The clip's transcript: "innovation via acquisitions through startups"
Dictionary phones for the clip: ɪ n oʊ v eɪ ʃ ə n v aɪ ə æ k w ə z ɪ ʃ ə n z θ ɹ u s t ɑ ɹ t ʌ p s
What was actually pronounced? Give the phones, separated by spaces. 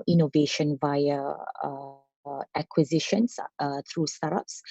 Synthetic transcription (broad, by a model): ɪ n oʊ v eɪ ʃ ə n v aɪ ə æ k w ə z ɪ ʃ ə n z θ ɹ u s t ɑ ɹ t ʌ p s